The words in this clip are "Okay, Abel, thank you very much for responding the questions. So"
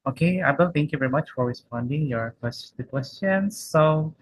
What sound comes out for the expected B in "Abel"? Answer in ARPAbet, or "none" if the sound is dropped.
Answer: none